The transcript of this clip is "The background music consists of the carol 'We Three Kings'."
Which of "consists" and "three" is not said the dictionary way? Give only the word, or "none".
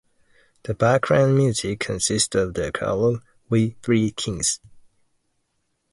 none